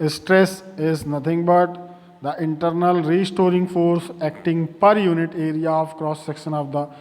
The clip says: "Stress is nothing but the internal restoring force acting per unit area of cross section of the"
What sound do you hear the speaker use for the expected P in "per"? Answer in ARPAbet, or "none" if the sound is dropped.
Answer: P